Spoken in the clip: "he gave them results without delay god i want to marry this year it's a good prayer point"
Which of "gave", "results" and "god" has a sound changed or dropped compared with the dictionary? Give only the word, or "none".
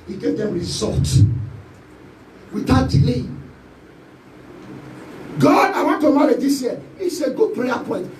results